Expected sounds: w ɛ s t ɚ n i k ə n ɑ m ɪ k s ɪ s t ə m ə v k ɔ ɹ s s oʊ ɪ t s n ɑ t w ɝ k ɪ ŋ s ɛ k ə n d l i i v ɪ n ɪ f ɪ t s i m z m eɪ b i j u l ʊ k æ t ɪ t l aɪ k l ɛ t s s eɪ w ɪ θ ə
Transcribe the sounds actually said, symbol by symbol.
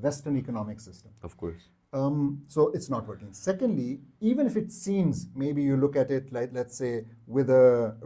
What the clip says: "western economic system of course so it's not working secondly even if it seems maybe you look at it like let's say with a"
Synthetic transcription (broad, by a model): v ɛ s t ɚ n i k ə n ɑ m ɪ k s ɪ s t ə m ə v k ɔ ɹ s s oʊ ɪ t s n ɑ t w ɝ k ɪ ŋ s ɛ k ə n d l i i v ɪ n ɪ f ɪ t s i m z m eɪ b i j u l ʊ k æ t ɪ t l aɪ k l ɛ t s s eɪ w ɪ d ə